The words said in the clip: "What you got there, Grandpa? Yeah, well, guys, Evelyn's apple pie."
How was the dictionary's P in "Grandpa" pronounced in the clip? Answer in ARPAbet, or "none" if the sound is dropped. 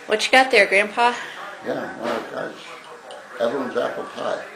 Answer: P